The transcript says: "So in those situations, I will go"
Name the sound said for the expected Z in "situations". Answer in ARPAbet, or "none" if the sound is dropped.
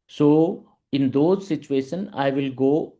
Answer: none